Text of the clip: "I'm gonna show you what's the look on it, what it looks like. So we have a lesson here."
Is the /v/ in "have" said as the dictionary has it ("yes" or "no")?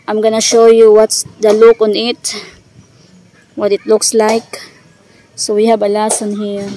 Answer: no